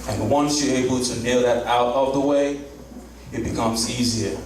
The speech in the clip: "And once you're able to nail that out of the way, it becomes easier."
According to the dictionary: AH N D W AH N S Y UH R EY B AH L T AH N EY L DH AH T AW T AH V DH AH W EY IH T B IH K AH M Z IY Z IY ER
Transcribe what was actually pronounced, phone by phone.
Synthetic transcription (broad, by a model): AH N W AH N S Y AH R EY B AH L T AH N EY L DH AH T AW T AH V DH AH W EY IH T B IH K AH M Z IY Z IY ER